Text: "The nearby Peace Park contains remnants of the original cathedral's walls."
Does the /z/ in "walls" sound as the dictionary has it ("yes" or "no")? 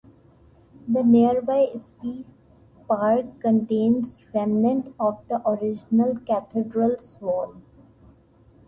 no